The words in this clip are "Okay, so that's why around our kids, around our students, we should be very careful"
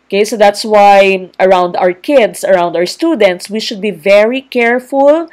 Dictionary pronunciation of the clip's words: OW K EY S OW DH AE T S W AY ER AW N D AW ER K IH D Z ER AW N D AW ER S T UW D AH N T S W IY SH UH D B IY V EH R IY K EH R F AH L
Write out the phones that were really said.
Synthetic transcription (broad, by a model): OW K EY S OW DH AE T S W AY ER AW N D AW ER K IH D S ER AW N D AW ER S T UW D AH N T S W IY SH UH D B IY V EH R IY K EH R F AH L